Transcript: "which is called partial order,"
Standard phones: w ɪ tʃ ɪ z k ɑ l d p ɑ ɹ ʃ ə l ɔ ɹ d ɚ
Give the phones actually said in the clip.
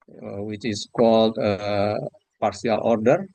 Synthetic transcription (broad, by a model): w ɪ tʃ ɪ s k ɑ l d p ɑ ɹ s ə l ɔ ɹ d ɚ